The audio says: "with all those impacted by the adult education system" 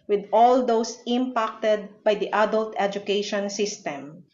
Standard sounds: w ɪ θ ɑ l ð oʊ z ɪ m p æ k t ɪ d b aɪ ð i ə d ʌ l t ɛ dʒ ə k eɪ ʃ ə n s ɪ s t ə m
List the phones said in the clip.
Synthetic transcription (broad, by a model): w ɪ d ɑ l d oʊ s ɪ m p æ k t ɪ d b aɪ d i ə d ʌ l t ɛ dʒ ə k eɪ ʃ ə n s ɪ s t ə m